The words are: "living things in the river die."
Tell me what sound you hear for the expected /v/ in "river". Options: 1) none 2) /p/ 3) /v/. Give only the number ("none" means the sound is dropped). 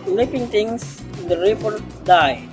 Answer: 2